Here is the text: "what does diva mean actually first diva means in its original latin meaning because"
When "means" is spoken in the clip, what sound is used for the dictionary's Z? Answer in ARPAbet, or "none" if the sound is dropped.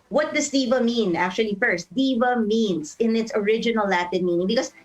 S